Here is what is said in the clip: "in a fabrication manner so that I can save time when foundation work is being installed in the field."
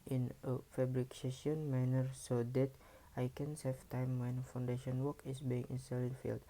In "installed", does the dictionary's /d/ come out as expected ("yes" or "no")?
no